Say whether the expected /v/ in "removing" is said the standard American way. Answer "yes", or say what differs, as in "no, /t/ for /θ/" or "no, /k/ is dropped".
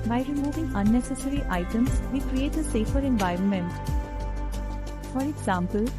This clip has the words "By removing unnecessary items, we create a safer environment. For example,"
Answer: yes